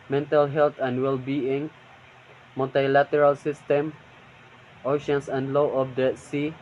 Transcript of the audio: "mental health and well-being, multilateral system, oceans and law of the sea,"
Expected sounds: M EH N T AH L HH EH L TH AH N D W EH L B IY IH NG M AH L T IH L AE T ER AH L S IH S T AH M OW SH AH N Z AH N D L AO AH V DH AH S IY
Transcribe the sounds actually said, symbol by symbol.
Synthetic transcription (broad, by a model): M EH N T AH L HH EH L T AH N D W EH L B IY IH NG M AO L T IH L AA T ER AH L S IH S T AH M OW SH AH N S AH N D L AO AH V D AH S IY